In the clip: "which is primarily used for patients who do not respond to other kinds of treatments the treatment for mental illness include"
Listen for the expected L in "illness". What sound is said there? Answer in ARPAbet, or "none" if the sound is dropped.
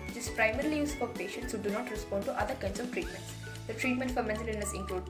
none